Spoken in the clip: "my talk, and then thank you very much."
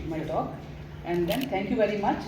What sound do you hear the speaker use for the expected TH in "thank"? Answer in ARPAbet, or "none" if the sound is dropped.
T